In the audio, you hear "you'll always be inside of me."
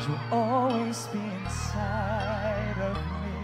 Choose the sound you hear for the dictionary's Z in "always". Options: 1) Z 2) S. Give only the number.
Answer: 1